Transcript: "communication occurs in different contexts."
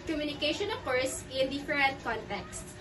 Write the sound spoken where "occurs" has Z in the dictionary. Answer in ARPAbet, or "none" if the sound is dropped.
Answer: S